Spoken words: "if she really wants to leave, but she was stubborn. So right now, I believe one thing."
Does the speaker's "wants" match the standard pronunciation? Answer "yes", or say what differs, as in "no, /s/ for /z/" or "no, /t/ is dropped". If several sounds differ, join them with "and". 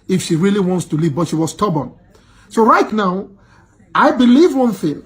yes